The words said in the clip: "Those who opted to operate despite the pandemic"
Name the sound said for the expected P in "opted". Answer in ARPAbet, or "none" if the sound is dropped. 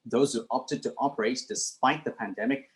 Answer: P